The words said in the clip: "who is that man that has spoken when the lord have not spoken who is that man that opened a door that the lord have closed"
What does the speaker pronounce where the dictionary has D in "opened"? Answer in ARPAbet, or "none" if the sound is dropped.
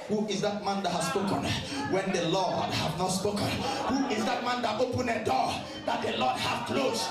none